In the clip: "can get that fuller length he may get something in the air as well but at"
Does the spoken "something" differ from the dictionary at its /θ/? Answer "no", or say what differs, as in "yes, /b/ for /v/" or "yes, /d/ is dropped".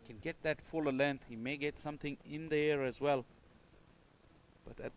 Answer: no